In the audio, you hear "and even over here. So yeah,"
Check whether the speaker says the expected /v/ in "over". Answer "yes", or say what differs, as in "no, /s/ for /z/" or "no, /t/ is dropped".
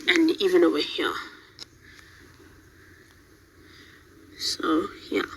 no, /w/ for /v/